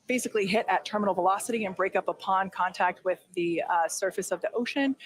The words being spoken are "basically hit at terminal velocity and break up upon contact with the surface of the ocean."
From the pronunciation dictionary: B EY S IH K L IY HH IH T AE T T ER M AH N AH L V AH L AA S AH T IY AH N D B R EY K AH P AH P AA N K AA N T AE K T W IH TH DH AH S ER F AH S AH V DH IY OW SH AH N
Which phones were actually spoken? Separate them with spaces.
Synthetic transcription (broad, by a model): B EY S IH K L IY HH IH T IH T T ER M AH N L V AH L AA S AH T IY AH N B R EY K AH P AH P AA N K AA N T AE K T W IH DH AH S ER F AH S AH V DH IY OW SH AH N